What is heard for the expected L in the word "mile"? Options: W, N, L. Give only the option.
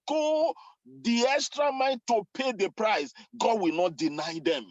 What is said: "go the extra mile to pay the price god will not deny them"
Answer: N